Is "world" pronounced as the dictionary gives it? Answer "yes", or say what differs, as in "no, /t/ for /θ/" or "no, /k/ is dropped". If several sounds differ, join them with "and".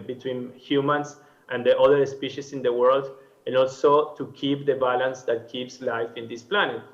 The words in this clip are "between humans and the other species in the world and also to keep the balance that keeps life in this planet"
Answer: yes